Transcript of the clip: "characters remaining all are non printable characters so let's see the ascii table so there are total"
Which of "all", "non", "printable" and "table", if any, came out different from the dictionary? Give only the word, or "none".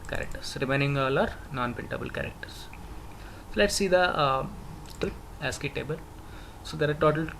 printable